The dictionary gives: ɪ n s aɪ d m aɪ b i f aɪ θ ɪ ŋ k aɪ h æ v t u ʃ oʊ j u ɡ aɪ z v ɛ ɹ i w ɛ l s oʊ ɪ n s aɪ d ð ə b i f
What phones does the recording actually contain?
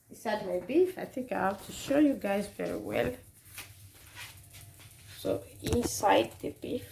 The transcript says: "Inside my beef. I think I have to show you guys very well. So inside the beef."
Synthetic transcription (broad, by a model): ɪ s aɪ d m aɪ b i f aɪ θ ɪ k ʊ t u ʃ oʊ j u ɡ aɪ z v ɛ ɹ i w ɛ l s oʊ ɪ n s aɪ d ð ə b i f